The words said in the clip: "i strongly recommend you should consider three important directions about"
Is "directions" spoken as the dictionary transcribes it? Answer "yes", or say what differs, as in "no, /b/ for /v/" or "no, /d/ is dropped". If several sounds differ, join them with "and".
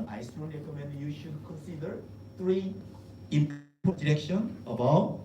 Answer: no, /z/ is dropped